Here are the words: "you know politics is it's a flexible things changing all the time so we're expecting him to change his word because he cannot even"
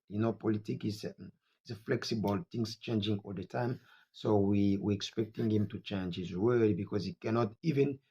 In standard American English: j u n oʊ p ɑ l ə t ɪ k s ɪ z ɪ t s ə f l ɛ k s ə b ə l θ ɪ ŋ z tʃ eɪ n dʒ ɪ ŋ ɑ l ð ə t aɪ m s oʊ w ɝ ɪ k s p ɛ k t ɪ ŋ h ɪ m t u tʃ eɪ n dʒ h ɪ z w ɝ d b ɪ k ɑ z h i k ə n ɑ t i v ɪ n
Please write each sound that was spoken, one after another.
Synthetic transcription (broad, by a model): j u n oʊ p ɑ l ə t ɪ k ɪ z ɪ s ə f l ɛ k s ə b ə l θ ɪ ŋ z tʃ eɪ n dʒ ɪ ŋ ɑ l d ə t aɪ m s oʊ w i ɪ k s p ɛ k t ɪ ŋ h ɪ m t u tʃ eɪ n dʒ h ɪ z w ɝ d b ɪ k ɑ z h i k ə n ɑ t i v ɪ n